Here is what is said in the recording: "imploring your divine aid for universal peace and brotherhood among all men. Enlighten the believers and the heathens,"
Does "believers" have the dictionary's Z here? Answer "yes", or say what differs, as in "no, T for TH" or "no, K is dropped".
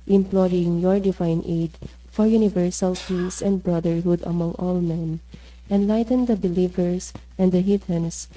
no, S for Z